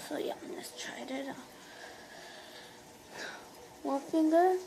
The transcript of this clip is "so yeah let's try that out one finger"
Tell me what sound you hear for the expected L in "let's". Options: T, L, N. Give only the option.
N